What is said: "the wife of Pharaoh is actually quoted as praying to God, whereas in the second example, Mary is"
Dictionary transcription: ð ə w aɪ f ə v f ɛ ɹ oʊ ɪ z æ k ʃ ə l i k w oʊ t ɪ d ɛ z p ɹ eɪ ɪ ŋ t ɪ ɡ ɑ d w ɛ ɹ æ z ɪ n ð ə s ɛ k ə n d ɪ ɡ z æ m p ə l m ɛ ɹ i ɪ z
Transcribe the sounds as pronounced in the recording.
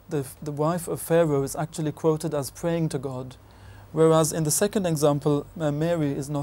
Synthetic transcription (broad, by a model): ð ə w aɪ f ə v f ɛ ɹ oʊ ɪ z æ k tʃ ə l i k w oʊ t ɪ d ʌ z p ɹ eɪ ɪ ŋ t ɪ ɡ ɑ d w ɛ ɹ æ z ɪ n ð ə s ɛ k ə n d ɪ ɡ z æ m p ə l m ɛ ɹ i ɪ z